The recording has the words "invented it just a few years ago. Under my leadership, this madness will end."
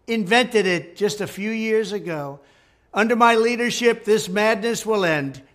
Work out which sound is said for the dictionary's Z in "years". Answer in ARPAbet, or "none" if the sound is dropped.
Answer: Z